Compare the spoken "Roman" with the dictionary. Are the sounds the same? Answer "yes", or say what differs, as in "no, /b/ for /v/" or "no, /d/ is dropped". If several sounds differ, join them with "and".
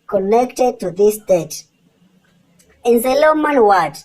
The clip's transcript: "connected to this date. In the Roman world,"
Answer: no, /l/ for /ɹ/